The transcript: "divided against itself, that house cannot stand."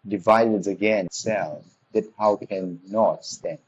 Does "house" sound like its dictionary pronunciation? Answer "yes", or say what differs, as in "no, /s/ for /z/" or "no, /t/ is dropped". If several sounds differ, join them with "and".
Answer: no, /s/ is dropped